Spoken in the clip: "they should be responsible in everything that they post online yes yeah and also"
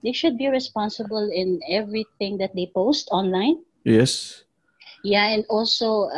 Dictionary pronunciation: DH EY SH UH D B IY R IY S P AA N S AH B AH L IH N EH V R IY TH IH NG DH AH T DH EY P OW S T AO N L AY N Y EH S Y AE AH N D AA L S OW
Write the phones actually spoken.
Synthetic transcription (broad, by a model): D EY SH UH D B IY R IY S P AA N S AH B AH L IH N EH V R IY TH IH NG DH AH T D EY P OW S T AO N L AY N Y EH S Y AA AH N D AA L S OW